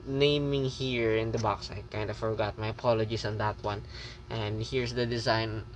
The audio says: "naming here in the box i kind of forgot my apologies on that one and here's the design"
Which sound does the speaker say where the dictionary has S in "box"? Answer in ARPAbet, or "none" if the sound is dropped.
S